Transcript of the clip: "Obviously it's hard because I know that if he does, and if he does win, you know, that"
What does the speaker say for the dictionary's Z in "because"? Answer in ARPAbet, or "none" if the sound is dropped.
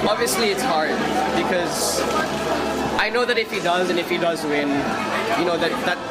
Z